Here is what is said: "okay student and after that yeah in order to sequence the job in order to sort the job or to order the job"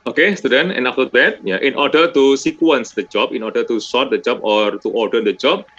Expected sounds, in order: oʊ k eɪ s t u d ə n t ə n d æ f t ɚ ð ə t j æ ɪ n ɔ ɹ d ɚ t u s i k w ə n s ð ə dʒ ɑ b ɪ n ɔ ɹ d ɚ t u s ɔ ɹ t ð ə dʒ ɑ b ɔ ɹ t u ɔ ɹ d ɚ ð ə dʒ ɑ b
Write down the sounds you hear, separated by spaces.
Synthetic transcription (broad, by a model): oʊ k eɪ s t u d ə n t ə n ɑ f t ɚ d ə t j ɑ ɪ n ɔ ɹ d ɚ t u s i k w ə n s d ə dʒ ɑ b ɪ n ɔ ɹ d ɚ t u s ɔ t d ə dʒ ɑ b ɔ ɹ t u ɔ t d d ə dʒ ɑ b